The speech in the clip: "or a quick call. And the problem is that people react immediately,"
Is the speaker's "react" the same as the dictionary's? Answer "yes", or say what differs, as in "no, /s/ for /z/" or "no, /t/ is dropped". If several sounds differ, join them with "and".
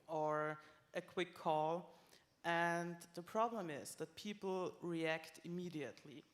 yes